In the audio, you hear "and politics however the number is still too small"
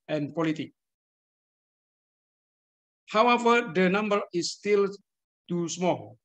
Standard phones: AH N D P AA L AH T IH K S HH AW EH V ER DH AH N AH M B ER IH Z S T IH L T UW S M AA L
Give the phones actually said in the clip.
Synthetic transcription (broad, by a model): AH N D P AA L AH T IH K HH AW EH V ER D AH N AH M B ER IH S T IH L T UW S M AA L